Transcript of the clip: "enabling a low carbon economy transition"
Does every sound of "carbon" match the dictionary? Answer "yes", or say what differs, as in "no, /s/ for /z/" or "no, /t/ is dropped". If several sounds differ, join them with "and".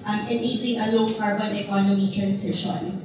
yes